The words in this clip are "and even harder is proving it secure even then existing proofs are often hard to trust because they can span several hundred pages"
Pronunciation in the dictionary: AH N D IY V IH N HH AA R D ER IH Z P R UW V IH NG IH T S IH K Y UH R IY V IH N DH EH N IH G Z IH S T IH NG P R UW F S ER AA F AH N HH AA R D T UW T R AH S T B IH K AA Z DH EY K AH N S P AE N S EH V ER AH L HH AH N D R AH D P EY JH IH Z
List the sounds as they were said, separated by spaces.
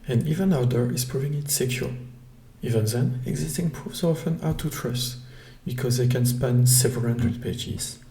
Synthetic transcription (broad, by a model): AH N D IY V IH N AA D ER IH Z P R UW V IH NG IH T S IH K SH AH L IY V IH N DH EH N IH G Z IH S T IH NG P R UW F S AA F AH N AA T UW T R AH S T B IH K AA Z DH EY K AH N S P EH N S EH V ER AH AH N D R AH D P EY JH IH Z